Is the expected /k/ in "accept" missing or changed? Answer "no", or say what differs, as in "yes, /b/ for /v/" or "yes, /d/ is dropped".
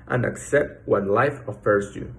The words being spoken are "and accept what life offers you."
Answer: no